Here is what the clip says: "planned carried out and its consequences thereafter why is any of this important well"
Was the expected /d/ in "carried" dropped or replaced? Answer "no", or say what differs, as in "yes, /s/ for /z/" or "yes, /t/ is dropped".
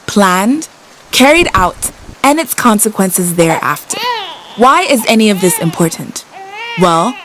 no